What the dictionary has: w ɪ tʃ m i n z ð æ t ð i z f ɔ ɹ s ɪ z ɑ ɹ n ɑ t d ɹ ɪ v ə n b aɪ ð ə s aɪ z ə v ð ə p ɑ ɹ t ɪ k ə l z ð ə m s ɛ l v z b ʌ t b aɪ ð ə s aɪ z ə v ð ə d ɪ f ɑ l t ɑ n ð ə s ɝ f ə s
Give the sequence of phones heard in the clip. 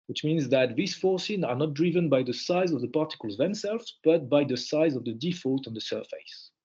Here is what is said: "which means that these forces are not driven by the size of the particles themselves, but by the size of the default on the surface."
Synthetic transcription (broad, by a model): w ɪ tʃ m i n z ð æ t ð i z f ɔ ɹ s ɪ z ɑ ɹ n ɑ t d ɹ ɪ v ə n b aɪ ð ə s aɪ z ə v ð ə p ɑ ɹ t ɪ k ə l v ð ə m s ɛ l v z b ʌ t b aɪ ð ə s aɪ z ə v ð ə d ɪ f ɑ l t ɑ n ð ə s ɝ f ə s